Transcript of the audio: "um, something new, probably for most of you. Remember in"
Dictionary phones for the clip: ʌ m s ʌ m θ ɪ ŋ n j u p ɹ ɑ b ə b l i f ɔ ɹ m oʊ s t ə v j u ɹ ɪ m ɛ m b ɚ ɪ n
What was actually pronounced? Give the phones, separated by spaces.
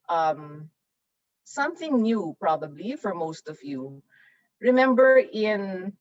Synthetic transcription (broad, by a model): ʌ m s ʌ m θ ɪ ŋ n j u p ɹ ɑ b ə b l i f ɔ ɹ m oʊ s t ə v j u ɹ ɪ m ɛ m b ɚ ɪ n